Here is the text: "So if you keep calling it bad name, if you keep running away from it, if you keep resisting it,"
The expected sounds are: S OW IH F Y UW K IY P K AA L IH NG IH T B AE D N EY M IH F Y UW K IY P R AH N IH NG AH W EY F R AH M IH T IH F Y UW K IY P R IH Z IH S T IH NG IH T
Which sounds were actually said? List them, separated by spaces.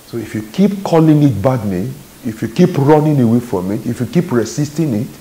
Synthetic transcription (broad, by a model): S OW IH F Y UW K IY P K AA L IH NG IH T B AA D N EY IH F Y UW K IY P R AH N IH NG AH W EY F R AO M IH T IH F Y UW K IY P R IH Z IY S T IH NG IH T